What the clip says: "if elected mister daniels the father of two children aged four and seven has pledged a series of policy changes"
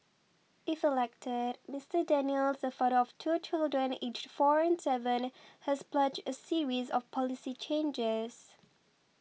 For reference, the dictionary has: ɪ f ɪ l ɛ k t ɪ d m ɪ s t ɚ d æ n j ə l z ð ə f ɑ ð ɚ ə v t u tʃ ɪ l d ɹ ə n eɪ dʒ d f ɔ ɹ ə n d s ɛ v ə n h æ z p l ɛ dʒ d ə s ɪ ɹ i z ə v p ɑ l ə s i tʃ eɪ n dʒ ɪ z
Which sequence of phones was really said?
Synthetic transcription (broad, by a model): ɪ f ɪ l ɛ k t ɪ d m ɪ s t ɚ d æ n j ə l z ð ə f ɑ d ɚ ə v t u tʃ ɪ l d ɹ ə n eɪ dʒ f ɔ ɹ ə n s ɛ v ə n h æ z p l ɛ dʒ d ə s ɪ ɹ i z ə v p ɑ l ə s i tʃ eɪ n dʒ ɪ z